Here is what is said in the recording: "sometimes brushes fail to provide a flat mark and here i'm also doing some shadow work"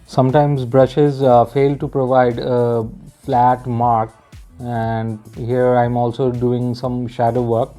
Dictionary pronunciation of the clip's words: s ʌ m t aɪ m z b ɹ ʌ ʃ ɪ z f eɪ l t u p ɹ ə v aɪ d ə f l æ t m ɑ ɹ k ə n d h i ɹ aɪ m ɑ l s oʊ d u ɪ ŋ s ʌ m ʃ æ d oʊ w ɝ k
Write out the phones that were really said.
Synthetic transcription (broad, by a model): s ʌ m t aɪ m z b ɹ ʌ ʃ ɪ z f eɪ l t u p ɹ ə v aɪ d ə f l æ t m ɑ ɹ k ə n d h i ɹ aɪ m ɑ l s oʊ d u ɪ ŋ s ʌ m ʃ æ d oʊ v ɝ k